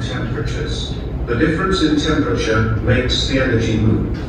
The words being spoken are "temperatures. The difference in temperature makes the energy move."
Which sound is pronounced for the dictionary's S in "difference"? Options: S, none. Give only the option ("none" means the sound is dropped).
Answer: S